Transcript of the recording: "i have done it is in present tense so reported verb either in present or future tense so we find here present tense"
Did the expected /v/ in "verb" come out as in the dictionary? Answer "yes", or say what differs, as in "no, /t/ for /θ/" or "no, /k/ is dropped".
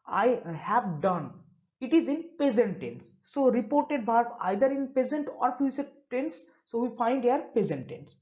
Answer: no, /b/ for /v/